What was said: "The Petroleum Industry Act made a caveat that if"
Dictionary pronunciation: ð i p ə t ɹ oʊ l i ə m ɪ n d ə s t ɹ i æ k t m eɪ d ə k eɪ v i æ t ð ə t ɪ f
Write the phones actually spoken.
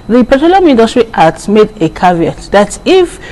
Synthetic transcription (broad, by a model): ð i p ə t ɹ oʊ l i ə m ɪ n d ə s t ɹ i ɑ t m eɪ d ə k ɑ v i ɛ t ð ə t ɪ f